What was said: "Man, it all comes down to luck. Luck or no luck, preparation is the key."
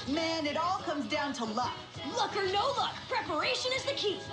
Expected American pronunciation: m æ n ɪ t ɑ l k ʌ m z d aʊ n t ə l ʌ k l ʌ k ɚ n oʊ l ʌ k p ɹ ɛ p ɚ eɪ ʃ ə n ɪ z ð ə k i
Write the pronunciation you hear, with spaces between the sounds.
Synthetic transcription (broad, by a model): m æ n ɪ t ɑ l k ʌ m z d aʊ n t ə l ʌ k l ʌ k ɚ n oʊ l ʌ k p ɹ ɛ p ɚ eɪ ʃ ə n ɪ z ð ə k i